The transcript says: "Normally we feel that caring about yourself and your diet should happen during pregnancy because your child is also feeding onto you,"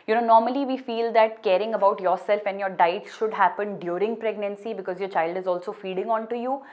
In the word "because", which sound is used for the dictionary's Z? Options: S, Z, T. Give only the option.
Z